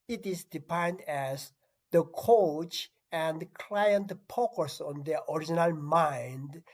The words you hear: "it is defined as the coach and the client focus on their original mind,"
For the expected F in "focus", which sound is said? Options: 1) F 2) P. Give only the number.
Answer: 2